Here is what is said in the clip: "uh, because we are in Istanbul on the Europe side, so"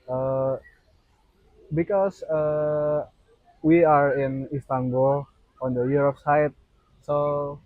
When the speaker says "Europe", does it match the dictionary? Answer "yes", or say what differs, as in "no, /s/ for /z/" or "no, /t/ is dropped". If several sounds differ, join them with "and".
no, /f/ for /p/